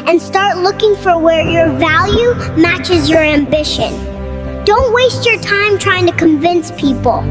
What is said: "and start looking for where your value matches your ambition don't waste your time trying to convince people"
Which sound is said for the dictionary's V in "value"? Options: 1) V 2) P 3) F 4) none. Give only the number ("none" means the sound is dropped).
1